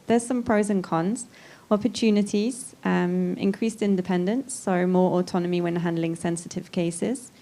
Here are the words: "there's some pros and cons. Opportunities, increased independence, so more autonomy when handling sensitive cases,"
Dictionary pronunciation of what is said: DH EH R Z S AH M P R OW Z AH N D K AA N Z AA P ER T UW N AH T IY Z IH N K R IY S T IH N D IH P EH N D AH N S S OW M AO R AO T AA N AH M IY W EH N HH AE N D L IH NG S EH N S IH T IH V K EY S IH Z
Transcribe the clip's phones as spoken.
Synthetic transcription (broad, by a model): DH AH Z S AH M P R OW Z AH N K AA N Z AA P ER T UW N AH T IY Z IH N K R IY S T IH N D IH P EH N D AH N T S OW M AO R AO T AA N AH M IY W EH N HH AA N D L IH NG S EH N S IH T IH V K EY S IH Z